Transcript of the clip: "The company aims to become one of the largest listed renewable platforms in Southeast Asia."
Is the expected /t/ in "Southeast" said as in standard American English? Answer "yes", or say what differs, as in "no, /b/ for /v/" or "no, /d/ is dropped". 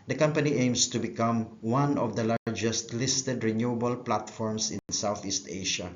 yes